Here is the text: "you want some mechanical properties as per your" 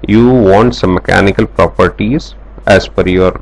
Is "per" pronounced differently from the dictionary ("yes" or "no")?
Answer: yes